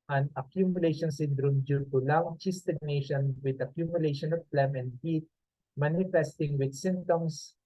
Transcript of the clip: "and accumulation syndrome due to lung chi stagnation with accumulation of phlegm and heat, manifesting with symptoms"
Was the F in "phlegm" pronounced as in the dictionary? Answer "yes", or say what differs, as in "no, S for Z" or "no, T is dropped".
no, P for F